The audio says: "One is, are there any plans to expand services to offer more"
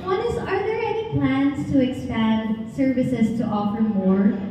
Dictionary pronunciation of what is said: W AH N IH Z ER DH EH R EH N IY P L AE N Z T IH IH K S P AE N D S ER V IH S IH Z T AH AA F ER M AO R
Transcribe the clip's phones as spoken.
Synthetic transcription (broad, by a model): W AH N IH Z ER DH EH R EH N IY P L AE N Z T IH IH K S P AE N D S ER V IH S IH Z T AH AA F ER M AO R